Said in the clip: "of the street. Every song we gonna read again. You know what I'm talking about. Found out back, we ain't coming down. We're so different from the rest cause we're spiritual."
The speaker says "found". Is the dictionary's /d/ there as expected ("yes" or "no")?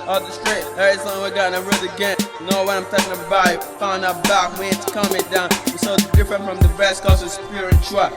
no